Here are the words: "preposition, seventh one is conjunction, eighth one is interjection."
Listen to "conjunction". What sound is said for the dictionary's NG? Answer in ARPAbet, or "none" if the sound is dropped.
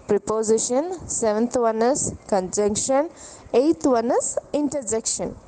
NG